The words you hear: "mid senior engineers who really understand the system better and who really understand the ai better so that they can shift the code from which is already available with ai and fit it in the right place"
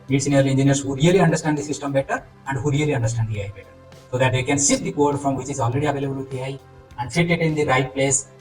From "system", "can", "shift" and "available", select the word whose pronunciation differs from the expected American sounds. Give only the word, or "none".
shift